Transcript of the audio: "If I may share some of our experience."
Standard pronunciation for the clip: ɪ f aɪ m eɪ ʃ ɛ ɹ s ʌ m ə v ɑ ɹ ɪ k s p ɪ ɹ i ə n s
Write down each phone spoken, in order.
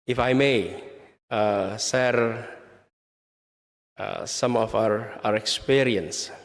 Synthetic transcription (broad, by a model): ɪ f aɪ m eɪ s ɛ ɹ s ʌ m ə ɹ ɑ ɹ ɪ k s p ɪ ɹ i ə n s